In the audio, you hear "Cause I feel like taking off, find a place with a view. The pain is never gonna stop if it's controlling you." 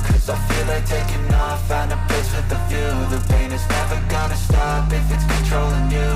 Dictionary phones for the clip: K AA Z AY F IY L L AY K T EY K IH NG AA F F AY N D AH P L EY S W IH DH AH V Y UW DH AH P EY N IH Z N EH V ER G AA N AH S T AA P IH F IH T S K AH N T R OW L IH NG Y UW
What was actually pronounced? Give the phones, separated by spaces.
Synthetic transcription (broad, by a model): K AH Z AY F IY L L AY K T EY K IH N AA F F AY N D AH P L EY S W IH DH AH F Y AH DH AH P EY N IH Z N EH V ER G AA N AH S T AA P IH F IH T S K N T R OW L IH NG Y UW